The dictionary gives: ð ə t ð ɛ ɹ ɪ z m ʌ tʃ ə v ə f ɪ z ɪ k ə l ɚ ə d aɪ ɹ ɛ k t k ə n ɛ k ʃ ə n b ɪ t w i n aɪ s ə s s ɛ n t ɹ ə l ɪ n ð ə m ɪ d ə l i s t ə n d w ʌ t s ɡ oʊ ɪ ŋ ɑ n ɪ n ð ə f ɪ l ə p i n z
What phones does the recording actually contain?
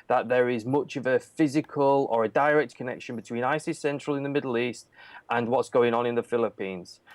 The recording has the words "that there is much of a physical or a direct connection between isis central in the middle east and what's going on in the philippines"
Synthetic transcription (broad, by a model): ð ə t ð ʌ ɹ ɪ z m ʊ tʃ ə v ə f ɪ z ɪ k ə l ɚ ə d aɪ ɹ ɛ k t k ə n ɛ k ʃ ə n b ɪ t w i n aɪ s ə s s ɛ n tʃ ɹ ə l ɪ n ð ə m ɪ d l i s t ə n w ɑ t s ɡ oʊ ɪ ŋ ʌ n ɪ n ð ə f ɪ l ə p i n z